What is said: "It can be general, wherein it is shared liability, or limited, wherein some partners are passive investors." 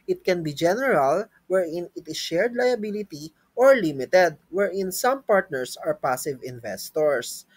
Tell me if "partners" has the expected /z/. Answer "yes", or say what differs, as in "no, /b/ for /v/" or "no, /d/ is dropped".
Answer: no, /s/ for /z/